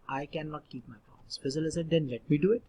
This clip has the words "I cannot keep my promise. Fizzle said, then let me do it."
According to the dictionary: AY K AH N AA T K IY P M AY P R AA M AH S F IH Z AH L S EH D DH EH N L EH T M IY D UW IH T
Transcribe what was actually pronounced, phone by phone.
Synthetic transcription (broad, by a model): AY K AH N AA T K IY P M AY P AA AH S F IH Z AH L S EH D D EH N L EH T M IY D UW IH T